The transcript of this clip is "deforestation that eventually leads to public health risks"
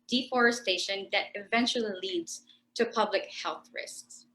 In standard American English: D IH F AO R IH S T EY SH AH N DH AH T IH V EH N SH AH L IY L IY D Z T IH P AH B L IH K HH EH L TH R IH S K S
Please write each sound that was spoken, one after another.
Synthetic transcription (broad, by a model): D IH F AO R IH S T EY SH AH N DH AH T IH V EH N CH L IY L IY D Z T IH P AH B L IH K HH EH L TH R IH S K S